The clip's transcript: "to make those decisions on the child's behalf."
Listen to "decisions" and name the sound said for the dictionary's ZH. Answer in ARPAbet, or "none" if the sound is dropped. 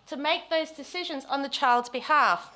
ZH